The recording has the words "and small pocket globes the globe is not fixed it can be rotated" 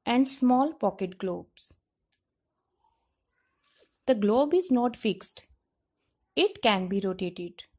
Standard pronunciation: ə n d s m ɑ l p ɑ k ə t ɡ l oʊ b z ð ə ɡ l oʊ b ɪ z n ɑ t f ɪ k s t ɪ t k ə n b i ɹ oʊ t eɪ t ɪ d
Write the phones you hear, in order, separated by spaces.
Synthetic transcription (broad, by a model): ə n d s m ɑ l p ɑ k ə t ɡ l oʊ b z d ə ɡ l oʊ b ɪ z n ɑ t f ɪ k s t ɪ t k ə n b i ɹ oʊ t eɪ t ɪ d